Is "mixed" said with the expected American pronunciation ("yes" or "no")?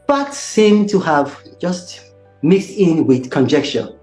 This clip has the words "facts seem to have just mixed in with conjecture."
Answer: yes